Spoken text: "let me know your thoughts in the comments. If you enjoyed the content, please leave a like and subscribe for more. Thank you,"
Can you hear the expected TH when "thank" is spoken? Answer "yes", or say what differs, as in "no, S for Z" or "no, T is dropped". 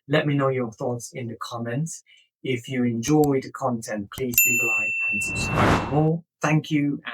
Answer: yes